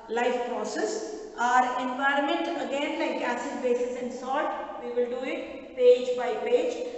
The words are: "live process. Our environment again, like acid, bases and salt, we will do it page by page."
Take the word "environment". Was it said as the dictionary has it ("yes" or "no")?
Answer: yes